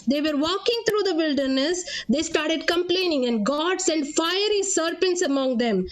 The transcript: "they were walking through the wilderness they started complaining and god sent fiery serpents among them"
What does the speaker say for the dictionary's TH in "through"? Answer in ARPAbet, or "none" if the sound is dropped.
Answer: T